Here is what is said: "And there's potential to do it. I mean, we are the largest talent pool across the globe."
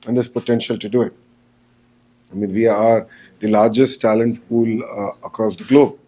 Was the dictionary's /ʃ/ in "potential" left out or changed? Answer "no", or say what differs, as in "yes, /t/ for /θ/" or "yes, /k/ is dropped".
no